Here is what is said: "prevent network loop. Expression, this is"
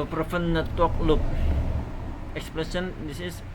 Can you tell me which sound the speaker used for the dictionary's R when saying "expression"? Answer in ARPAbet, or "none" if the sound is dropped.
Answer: L